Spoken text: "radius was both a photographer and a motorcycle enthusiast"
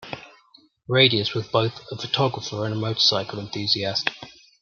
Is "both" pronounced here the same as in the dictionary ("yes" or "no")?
yes